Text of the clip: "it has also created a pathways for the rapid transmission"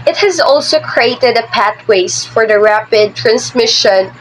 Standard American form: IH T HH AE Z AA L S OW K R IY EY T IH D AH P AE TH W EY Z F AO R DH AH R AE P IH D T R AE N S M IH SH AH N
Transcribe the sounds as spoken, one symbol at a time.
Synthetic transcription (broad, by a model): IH T HH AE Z AA L S OW K R IY EY T IH D AH P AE T W EY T F AO R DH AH R AE P IH D T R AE N S M IH SH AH N